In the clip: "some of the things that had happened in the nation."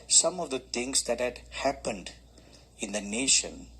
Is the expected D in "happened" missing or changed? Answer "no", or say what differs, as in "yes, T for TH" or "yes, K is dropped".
no